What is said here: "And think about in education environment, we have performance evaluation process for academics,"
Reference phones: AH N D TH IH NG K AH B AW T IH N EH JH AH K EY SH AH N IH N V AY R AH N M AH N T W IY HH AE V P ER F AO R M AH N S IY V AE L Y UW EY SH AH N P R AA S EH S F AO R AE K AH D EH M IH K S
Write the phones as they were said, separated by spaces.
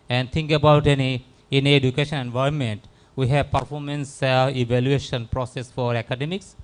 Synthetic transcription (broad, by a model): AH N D T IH NG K AH B AW T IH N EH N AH K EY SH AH N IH N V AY AH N M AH N T W IY HH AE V P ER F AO R M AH N S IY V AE L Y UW EY SH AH N P R AA S EH S F AO R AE K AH D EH M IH K S